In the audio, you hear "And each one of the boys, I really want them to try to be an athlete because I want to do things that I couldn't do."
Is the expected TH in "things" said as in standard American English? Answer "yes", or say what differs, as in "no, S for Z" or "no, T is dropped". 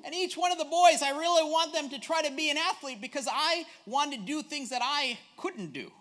yes